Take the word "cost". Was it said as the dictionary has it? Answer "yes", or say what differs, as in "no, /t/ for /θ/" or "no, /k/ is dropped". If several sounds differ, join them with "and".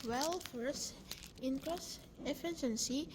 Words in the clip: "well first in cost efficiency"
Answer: no, /t/ is dropped